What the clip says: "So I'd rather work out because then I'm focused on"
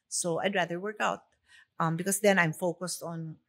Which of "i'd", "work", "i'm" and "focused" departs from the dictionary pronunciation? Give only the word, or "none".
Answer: none